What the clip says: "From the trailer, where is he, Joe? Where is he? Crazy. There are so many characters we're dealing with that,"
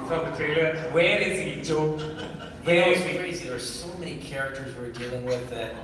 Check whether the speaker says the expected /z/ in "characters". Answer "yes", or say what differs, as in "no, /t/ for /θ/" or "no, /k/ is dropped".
yes